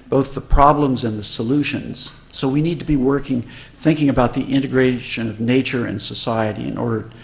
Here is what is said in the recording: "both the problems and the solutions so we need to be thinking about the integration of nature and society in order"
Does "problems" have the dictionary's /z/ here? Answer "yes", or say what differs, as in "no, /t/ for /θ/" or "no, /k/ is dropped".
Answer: yes